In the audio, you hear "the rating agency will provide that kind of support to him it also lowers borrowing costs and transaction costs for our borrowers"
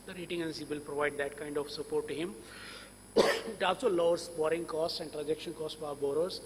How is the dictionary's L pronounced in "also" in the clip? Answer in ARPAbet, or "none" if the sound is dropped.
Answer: none